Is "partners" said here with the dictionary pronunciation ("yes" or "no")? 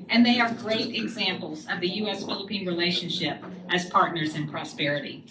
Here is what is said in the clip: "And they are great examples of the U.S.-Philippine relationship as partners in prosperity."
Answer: yes